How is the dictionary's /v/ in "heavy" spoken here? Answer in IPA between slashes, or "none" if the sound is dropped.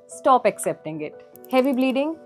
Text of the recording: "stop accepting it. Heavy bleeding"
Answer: /v/